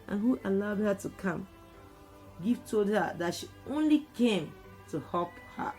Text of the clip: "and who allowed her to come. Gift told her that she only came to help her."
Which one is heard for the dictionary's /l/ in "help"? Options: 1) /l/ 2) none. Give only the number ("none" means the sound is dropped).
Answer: 2